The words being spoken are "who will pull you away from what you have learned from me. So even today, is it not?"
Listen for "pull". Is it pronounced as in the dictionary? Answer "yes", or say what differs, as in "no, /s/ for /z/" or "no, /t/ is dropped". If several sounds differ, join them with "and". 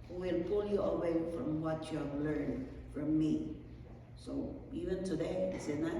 yes